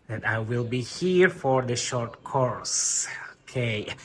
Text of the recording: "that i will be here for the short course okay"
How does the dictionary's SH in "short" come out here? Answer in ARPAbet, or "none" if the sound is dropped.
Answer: SH